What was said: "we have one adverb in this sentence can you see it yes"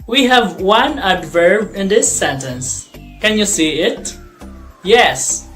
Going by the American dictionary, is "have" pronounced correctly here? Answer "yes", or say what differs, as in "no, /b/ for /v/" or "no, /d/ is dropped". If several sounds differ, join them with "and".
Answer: yes